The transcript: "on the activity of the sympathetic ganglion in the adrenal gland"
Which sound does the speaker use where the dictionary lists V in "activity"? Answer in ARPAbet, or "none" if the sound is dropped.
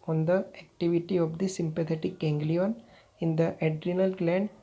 V